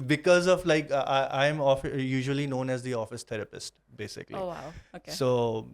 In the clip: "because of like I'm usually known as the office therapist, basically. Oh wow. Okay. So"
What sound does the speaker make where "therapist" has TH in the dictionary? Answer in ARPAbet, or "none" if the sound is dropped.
T